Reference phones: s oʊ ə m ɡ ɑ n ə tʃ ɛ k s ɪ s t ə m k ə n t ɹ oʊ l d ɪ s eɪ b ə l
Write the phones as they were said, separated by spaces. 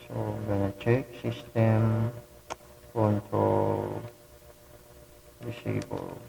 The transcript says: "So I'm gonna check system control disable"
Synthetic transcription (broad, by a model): s oʊ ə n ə tʃ ɛ k s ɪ s t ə m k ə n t oʊ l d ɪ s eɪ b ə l